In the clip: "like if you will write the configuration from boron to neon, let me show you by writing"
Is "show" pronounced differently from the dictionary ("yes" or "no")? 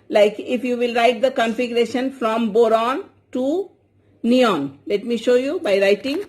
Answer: no